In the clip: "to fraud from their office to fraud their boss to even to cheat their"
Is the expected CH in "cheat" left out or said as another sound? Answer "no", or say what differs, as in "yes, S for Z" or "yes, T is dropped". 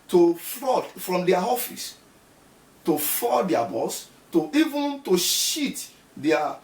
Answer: yes, SH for CH